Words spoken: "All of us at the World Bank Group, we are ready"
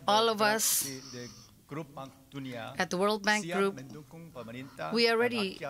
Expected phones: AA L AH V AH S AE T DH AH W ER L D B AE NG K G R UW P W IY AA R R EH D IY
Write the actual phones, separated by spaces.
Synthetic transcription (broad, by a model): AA L AH V AH S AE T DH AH W ER L D B AE NG K G R UW P W IY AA L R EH D IY